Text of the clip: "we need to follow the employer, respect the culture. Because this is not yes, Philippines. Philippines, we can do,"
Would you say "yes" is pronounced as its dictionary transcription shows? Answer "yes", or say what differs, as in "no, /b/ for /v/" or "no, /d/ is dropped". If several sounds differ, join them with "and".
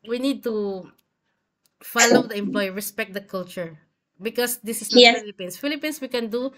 no, /s/ is dropped